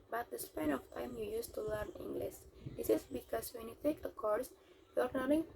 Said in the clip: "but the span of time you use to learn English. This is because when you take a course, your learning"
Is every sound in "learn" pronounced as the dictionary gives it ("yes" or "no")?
yes